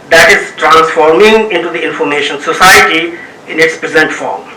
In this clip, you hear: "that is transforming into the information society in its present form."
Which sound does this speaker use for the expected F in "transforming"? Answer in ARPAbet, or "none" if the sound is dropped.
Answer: F